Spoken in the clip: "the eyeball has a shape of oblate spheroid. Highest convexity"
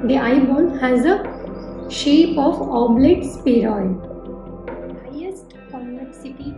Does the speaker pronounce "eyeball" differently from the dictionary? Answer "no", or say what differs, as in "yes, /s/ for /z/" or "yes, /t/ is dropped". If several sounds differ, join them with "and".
yes, /n/ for /l/